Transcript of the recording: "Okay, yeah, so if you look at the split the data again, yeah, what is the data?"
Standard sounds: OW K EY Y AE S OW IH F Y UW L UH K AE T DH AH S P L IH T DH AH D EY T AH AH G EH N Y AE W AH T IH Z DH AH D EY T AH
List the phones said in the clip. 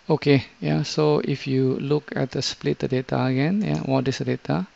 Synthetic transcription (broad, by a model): OW K EY Y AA S OW IH F Y UW L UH K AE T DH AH S P L IH T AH D EY T AH AH G EH N Y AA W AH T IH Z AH D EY T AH